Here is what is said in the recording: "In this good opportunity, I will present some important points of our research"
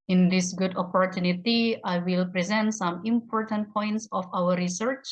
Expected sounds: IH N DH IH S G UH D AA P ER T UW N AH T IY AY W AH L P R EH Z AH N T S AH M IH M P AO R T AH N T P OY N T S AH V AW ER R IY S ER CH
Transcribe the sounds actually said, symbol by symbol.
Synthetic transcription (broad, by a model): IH N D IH S G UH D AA P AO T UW N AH T IY AY W AH L P R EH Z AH N T S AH M IH M P AO R T AH N T P OY N T S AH F AW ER R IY S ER CH